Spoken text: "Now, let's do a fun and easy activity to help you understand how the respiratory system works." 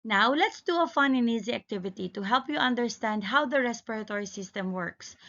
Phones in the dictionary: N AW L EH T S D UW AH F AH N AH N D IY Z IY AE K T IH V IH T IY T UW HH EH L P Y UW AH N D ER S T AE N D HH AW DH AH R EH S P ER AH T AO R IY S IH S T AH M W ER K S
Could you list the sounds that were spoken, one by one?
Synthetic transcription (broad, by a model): N AW L EH T S D UW AH F AH N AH N IY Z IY AE K T IH V IH T IY T UW HH EH L P Y UW AH N D ER S T AE N D HH AW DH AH R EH S P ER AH T AO R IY S IH S T AH M W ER K S